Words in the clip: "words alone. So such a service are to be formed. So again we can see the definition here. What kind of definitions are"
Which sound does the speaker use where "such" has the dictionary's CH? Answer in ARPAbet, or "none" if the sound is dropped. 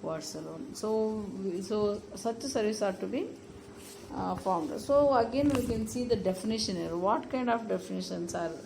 S